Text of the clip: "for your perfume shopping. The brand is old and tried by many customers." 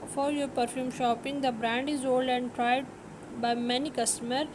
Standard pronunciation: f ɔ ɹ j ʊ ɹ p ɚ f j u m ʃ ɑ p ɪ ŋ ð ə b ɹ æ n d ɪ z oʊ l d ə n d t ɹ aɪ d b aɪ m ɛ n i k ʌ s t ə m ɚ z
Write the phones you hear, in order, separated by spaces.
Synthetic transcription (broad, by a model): f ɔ ɹ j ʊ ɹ p ɚ f j u m ʃ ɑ p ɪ ŋ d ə b ɹ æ n d ɪ z oʊ l d ə n d t ɹ aɪ d b aɪ m ɛ n i k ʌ s t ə m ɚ